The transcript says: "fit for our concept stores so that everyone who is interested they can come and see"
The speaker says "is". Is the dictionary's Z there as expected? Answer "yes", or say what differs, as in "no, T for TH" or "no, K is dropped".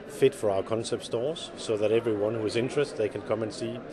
yes